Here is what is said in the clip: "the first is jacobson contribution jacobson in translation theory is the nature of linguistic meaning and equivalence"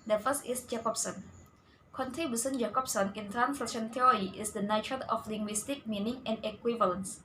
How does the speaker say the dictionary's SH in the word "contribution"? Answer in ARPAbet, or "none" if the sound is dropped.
S